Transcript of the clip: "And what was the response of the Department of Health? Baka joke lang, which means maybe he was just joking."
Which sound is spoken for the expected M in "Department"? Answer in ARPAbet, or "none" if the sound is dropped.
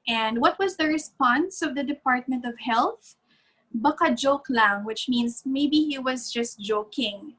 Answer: M